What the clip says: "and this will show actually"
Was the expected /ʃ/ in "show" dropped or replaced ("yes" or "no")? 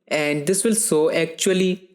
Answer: yes